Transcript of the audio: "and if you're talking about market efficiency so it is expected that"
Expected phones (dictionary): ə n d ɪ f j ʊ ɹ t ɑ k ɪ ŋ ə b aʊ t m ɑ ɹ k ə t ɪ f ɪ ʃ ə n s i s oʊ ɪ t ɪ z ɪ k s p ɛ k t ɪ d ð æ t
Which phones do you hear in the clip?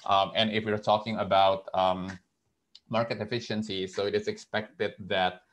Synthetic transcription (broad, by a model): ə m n ɪ f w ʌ ɹ t ɑ k ɪ ŋ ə b aʊ t m ɑ ɹ k ə t ɪ f ɪ ʃ ə n s i s oʊ ɪ t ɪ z ɪ k s p ɛ k t ɪ d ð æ t